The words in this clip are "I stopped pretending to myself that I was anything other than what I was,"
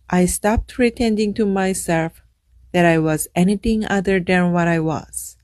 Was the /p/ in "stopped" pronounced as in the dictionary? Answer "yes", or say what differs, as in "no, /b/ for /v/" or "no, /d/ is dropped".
yes